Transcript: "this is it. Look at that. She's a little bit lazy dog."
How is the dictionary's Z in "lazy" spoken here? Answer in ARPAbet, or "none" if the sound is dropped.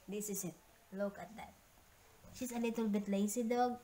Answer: S